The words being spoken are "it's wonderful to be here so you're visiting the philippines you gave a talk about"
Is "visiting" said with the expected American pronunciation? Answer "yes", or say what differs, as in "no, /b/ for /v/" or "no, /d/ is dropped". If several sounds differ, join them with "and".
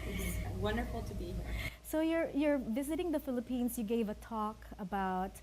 yes